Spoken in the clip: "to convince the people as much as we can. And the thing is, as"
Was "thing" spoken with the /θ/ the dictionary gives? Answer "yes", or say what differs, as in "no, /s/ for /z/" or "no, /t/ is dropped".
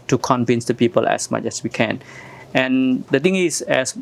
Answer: no, /t/ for /θ/